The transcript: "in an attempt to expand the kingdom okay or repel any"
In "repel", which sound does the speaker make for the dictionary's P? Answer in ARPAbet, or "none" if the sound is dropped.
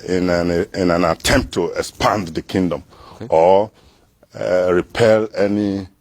P